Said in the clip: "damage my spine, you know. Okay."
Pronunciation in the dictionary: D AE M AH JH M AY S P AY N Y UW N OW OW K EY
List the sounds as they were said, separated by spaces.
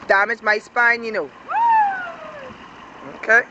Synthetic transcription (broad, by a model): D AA M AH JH M AY S P AY N Y UW N OW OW K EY